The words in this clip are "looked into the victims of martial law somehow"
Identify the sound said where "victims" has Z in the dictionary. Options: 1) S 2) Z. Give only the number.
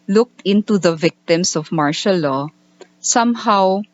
1